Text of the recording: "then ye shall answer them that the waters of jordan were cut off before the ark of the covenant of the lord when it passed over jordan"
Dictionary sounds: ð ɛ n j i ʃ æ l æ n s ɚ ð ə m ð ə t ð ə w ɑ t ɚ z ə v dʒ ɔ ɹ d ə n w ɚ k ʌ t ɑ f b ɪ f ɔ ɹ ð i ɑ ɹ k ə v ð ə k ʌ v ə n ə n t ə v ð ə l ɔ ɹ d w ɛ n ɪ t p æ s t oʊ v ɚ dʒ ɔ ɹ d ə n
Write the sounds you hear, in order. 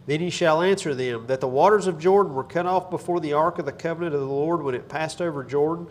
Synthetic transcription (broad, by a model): ð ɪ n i ʃ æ l æ n s ɚ ð ə m ð ə t ð ə w ɑ t ɚ z ə v dʒ ɔ ɹ d n w ɚ k ʌ t ɑ f b ɪ f ɔ ɹ ð i ɑ ɹ k ə v ð ə k ʌ v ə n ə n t ə v ð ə l ɔ ɹ d w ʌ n ɪ t p æ s t oʊ v ɚ dʒ ɔ ɹ d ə n